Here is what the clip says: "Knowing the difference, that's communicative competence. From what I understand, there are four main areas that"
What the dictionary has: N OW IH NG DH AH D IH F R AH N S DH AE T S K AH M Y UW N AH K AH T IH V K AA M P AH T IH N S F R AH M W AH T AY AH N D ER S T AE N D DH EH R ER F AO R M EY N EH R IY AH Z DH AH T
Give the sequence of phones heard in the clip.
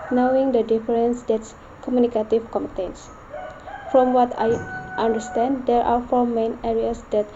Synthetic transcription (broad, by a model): N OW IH NG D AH D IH F R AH N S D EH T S K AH M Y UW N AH K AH T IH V K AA M AH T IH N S F R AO M W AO T AY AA N D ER S T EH N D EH R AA F AO R M EY N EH R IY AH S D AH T